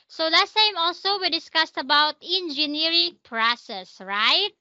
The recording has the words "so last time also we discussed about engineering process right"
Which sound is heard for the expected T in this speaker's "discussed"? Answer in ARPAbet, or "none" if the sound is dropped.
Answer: T